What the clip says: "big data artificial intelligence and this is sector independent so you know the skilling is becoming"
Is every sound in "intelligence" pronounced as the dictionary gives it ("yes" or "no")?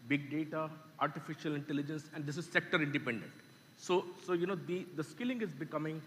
yes